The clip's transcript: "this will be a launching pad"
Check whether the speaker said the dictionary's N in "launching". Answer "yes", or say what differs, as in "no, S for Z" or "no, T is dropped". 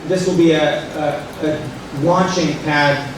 no, N is dropped